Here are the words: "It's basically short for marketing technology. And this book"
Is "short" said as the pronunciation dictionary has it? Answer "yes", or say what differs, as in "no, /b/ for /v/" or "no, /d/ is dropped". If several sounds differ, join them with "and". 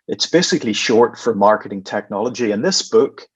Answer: yes